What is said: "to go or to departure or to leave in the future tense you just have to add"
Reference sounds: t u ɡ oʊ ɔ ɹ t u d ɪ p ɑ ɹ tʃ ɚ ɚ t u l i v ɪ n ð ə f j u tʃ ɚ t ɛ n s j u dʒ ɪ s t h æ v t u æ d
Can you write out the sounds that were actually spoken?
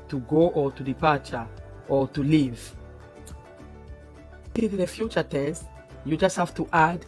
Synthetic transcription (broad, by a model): t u ɡ oʊ ɔ ɹ t u d ɪ p ɑ ɹ tʃ ɚ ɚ t u l i v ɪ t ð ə f j u tʃ ɚ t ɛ s j u dʒ ɪ s t h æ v t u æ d